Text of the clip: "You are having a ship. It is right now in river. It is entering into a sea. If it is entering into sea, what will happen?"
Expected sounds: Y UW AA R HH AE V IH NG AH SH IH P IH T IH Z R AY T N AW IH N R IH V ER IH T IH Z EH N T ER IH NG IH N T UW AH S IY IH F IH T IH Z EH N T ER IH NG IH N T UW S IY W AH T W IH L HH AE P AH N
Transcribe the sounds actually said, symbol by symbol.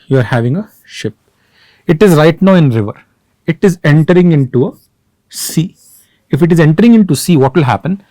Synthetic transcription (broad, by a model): Y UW AA R HH AE V IH NG AH SH IH P IH T IH Z R AY T N AW IH N R IH V ER IH T IH Z EH N T ER IH NG IH N T UW AH S IY IH F IH T IH Z EH N T ER IH NG IH N T UW S IY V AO T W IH L HH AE P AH N